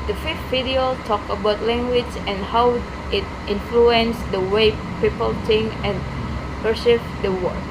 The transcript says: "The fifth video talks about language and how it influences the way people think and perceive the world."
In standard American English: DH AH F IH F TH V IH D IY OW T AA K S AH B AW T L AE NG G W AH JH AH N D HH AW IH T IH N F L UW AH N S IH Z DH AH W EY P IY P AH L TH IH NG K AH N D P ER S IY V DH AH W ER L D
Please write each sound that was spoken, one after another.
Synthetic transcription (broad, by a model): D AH F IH F T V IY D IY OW T AA K AH B AW T L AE NG G W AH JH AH N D HH AW IH T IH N F L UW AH N S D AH W EY P IY P AH L T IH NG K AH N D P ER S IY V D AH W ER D